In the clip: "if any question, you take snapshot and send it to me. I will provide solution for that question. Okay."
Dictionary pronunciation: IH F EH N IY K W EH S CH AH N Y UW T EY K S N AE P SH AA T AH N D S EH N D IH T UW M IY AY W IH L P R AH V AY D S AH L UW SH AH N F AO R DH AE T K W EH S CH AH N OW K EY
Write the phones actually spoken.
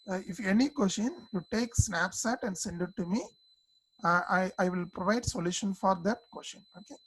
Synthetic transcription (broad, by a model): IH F EH N IY K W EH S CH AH N Y UW T EY K S N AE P S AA T AH N D S EH N D IH T UW M IY AY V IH L P R AH V AY D S AH L UW SH AH N F AO R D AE T K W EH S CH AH N OW K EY